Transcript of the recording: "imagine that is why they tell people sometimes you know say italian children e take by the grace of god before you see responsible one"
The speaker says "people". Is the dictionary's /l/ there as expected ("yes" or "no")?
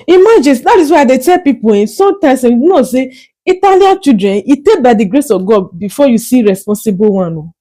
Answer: no